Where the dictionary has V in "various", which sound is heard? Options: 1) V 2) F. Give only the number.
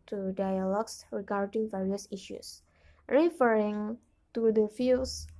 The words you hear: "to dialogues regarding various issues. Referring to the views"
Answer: 1